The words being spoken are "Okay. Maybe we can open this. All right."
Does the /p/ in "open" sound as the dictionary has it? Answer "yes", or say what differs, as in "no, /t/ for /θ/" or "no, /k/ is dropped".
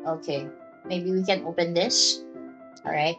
yes